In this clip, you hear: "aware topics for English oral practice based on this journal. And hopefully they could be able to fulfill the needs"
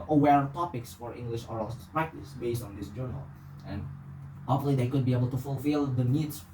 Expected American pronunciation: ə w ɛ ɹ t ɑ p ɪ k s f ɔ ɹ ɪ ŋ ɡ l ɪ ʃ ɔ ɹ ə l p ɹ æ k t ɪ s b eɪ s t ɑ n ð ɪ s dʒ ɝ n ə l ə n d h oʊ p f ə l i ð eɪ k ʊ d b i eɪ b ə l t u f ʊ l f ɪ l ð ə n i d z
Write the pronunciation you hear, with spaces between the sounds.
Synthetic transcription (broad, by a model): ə w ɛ ɹ t ɑ p ɪ k s f ɔ ɹ ɪ ŋ ɡ l ɪ ʃ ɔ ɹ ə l p ɹ æ k t ɪ s b eɪ s t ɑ n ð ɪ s dʒ ɝ n ə l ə n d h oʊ f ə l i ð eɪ k ʊ d b i eɪ b ə l t u f ʊ l f ɪ l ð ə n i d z